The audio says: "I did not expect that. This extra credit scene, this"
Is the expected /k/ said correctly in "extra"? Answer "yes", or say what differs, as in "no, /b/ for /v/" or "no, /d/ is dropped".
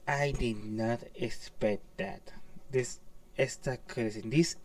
no, /k/ is dropped